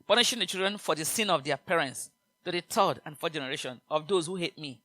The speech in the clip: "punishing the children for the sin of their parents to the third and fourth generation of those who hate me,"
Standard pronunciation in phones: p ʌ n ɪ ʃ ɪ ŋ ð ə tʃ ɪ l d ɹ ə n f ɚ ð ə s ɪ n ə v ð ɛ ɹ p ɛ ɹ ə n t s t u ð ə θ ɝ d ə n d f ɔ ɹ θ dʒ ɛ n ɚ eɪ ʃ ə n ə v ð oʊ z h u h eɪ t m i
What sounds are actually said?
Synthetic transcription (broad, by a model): p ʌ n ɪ ʃ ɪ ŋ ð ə tʃ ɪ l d ɹ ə n f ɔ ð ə s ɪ n ə v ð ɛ p ɛ ɹ ə n t s t u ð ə t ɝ d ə n f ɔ dʒ ɛ n ɚ eɪ ʃ ə n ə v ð oʊ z h u h eɪ t m i